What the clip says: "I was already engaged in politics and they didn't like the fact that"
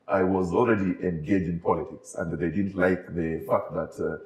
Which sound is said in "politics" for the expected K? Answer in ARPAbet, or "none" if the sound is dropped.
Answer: K